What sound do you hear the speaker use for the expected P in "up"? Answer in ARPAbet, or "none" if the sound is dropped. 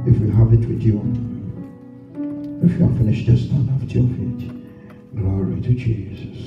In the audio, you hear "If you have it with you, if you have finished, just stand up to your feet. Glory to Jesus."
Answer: F